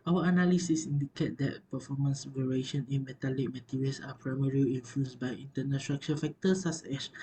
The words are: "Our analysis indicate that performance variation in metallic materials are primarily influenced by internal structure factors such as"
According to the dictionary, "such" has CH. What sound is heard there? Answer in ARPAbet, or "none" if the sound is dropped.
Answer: S